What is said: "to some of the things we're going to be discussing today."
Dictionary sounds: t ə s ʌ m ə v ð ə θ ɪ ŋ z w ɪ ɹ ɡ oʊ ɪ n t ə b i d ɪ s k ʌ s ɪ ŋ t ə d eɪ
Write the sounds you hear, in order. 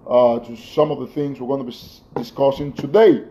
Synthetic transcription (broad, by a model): t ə s ʌ m ə v ð ə θ ɪ ŋ z w ɪ ɹ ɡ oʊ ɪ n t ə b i d ɪ s k ʌ s ɪ ŋ t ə d eɪ